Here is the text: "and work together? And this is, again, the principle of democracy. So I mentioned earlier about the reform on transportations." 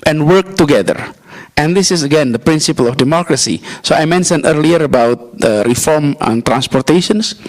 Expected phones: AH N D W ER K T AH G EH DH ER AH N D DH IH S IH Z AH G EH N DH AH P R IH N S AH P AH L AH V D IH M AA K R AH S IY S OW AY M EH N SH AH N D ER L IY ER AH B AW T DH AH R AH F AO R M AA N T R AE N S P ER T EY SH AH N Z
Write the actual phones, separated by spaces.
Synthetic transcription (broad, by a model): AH N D W ER K T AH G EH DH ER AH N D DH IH S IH S AH G EH N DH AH P R IH N S AH P AH L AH F D IH M AA K R AH S IY S OW AY M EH N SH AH N ER L IY ER AH B AW T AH R AH F AO R M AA N T R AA N S P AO T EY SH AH N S